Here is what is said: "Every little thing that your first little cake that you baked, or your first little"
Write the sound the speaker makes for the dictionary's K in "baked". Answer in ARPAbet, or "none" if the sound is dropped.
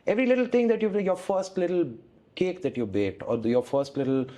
none